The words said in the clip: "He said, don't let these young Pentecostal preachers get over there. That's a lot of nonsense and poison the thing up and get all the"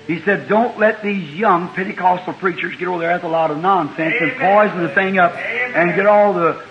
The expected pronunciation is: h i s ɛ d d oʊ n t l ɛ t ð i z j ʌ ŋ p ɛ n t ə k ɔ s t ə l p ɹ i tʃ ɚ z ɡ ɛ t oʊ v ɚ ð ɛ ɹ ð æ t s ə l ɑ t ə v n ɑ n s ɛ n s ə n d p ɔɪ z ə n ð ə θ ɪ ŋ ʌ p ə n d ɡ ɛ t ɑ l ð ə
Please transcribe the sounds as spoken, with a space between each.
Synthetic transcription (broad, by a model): h i s ɛ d d oʊ n t l ɛ t ð i z j ʌ ŋ p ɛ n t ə k ɔ s t l p ɹ i tʃ ɚ z ɡ ɛ t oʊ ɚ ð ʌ ɹ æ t ə l ɑ t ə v n ɑ n s ɛ n s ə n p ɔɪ z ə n ð ə θ ɪ ŋ ʌ p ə n ɡ ɛ t ɑ l ð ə